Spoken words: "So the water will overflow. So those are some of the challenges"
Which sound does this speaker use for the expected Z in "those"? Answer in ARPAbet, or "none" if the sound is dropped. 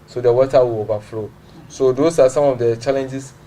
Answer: S